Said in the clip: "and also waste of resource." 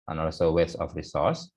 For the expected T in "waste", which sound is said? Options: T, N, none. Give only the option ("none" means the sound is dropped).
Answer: none